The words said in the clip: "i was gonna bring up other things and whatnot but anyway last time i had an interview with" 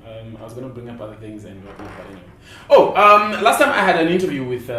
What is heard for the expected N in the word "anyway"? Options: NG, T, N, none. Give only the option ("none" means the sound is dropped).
none